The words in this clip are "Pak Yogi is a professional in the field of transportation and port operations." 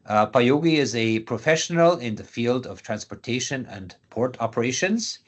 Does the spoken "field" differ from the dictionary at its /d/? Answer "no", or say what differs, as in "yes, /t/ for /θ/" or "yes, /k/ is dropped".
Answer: no